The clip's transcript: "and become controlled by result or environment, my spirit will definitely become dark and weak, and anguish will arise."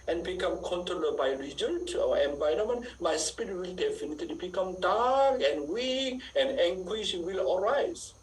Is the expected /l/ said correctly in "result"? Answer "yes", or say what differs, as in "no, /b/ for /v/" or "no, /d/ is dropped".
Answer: no, /n/ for /l/